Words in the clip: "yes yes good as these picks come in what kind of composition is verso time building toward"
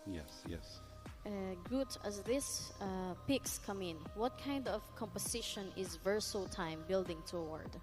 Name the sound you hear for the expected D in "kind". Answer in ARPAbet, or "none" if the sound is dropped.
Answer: D